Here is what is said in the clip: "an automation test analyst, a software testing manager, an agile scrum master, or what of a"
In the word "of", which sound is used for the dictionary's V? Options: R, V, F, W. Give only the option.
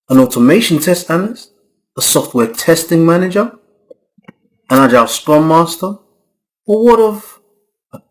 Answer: V